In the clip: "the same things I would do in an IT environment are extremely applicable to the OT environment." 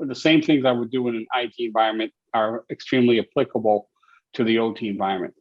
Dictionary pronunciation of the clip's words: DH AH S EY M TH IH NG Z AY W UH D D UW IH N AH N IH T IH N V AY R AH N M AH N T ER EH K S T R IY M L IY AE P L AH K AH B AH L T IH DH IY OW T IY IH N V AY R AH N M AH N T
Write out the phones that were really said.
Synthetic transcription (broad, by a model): DH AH S EY M TH IH NG Z AY W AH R D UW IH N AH N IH T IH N V AY R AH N M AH N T ER EH K S T R IY M L IY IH P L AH K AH B L T IH DH IY OW T IY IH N V AY R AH N M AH N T